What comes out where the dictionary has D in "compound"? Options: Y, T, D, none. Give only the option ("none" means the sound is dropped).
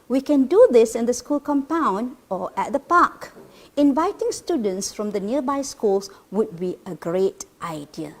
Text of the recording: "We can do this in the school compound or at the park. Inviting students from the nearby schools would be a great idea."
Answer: D